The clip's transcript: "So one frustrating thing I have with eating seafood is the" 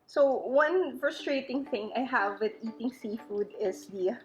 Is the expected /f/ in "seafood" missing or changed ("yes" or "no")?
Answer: no